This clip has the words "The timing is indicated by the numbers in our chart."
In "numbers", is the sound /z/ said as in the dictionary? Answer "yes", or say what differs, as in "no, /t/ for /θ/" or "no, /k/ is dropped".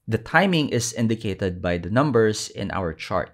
no, /s/ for /z/